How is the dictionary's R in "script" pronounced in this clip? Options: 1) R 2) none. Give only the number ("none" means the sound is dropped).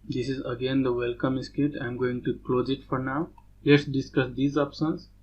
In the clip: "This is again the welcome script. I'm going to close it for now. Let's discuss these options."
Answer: 2